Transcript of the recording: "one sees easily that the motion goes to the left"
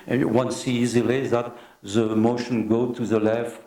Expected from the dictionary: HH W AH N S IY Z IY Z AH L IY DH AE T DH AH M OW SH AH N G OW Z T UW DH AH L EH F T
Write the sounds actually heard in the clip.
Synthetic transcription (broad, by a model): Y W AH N S IY IY Z AH L IY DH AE T DH AH M OW SH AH N G OW T UW DH AH L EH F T